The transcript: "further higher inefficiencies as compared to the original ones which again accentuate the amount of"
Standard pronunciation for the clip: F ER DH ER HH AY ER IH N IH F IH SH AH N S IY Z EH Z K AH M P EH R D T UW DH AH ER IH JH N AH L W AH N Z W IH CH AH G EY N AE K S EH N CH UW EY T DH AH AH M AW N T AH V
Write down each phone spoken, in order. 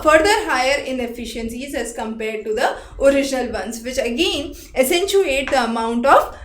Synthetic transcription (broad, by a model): F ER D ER HH AY ER IH N IH F IH SH AH N S IY Z EH Z K AH M P EH R D T UW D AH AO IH JH N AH L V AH N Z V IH CH AH G EY N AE S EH N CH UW EY T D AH AH M AW N T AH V